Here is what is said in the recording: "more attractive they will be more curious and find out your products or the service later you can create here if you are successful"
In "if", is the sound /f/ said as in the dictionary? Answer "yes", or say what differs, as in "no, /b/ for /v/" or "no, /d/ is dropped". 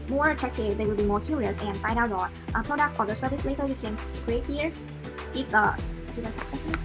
no, /p/ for /f/